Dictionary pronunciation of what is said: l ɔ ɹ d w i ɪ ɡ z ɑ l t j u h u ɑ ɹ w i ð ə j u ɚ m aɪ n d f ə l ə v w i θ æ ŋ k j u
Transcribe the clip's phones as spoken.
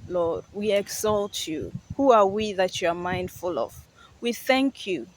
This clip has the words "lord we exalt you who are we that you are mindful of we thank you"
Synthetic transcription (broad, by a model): l ɔ ɹ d w i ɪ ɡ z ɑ l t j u h u ɑ ɹ w i ð ə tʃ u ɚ m aɪ n d f ə l ə v w i θ æ ŋ k j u